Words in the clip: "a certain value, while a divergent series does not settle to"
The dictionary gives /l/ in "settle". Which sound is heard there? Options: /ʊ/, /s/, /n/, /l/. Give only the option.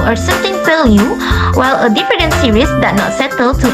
/l/